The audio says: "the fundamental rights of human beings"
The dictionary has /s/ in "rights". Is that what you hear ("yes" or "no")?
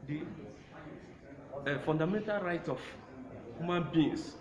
no